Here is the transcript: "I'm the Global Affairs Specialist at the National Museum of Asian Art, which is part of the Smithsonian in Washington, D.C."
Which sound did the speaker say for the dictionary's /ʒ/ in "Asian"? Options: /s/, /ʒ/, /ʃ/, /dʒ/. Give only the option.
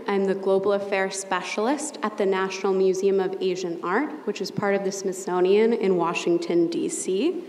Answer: /ʒ/